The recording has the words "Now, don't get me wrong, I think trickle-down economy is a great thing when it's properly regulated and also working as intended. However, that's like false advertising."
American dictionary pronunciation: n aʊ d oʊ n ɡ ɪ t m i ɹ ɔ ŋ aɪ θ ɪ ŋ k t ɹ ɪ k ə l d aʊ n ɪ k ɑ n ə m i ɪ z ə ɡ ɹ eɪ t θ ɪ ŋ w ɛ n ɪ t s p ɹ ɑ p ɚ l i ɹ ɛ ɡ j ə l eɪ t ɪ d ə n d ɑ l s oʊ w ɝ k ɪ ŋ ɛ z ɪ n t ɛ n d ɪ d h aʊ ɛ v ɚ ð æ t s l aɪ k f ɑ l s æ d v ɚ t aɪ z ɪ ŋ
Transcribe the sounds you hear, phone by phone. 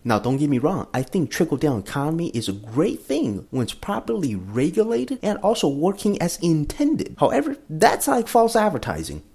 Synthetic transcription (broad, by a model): n aʊ d oʊ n ɡ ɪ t m i ɹ ɔ ŋ aɪ θ ɪ ŋ k t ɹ ɪ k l d aʊ n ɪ k ɑ n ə m i ɪ z ə ɡ ɹ eɪ t θ ɪ ŋ w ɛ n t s p ɹ ɑ p ɚ l i ɹ ɛ ɡ j ə l eɪ t ɪ d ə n ɑ l s oʊ w ɝ k ɪ ŋ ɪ z ɪ n t ɛ n d ɪ d h aʊ ɛ v ɚ ð æ t s l aɪ k f ɑ l s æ d v ɚ t aɪ z ɪ ŋ